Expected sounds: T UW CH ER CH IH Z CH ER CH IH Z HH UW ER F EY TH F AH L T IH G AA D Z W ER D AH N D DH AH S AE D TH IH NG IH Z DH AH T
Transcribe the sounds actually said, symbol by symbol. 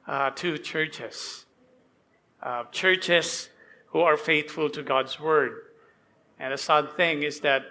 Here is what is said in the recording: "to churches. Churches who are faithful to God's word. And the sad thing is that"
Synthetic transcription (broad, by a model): T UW CH ER CH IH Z CH ER CH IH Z HH UW ER F EY TH F AH L T IH G AA D Z W ER D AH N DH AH S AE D TH IH NG IH Z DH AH T